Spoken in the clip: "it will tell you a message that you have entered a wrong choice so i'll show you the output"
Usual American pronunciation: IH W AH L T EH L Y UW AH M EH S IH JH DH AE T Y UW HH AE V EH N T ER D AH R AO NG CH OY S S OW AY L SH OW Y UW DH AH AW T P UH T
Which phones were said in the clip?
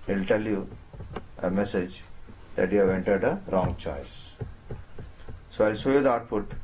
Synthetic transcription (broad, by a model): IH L T EH L Y UW AH M EH S IH JH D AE T Y UW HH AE V EH N T ER D AH R AO NG CH OY S S OW AY L S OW Y UW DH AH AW T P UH T